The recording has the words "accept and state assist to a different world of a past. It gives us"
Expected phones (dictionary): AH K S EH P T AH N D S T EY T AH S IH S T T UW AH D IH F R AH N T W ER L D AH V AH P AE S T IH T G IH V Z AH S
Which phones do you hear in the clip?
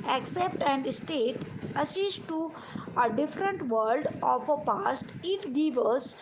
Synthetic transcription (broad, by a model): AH K S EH P T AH N D S T EY T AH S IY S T T UW AH D IH F R AH N T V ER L D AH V AH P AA S T IH T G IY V AH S